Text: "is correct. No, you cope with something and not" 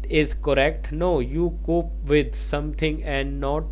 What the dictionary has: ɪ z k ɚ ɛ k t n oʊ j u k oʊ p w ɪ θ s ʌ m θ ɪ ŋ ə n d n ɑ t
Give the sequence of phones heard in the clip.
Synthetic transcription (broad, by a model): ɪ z k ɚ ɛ k t n oʊ j u k oʊ p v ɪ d s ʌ m t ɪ ŋ ə n d n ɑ t